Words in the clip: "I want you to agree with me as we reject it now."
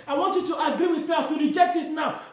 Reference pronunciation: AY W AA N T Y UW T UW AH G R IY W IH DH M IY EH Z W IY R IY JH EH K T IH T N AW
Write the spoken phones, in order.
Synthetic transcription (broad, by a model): AY W AA N T Y UW T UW AH G R IY W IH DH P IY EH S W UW R IY JH EH K T IH T N AW